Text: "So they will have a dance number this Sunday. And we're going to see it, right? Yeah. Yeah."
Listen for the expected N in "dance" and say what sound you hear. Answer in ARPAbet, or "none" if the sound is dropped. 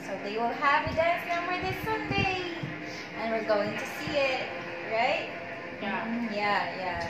none